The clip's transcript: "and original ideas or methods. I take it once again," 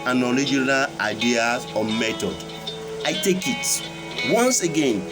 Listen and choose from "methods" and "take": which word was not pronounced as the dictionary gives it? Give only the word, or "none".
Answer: methods